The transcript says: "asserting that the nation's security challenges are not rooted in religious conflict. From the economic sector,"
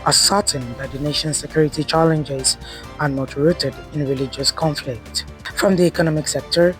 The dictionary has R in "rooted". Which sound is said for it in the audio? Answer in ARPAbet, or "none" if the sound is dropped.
R